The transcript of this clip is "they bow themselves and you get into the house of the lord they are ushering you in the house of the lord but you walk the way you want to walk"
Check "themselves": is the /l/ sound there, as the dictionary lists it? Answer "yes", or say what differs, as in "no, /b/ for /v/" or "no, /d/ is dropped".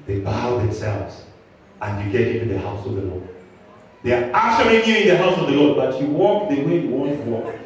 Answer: yes